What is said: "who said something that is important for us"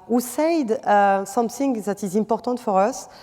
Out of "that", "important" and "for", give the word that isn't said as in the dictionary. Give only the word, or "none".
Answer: important